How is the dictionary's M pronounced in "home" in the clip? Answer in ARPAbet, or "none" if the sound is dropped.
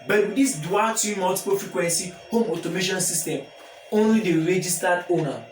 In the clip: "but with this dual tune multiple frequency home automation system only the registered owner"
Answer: M